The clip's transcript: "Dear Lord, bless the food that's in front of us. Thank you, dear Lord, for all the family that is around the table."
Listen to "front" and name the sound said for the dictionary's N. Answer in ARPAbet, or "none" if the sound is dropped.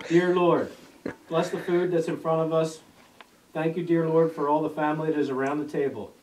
none